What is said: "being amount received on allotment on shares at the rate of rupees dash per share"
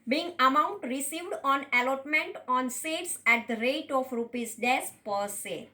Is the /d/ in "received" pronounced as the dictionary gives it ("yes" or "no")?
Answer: yes